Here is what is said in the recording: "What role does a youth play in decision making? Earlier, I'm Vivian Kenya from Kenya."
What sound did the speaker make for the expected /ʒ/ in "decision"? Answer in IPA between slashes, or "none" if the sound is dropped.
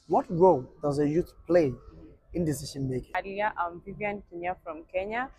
/ʃ/